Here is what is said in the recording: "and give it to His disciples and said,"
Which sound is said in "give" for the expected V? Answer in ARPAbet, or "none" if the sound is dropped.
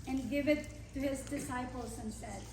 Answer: V